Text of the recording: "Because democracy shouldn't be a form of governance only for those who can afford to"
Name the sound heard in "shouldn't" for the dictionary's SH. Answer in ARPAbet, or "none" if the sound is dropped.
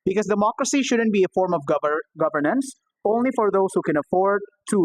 SH